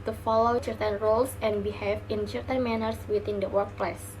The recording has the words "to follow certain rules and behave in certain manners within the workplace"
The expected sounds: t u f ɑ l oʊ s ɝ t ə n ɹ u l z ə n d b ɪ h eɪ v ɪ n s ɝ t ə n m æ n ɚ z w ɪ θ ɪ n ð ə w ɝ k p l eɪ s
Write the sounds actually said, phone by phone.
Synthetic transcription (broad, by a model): t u f ɑ l oʊ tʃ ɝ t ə n ɹ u l s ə n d b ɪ h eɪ f ɪ n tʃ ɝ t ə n m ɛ n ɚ s w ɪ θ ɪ n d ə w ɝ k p l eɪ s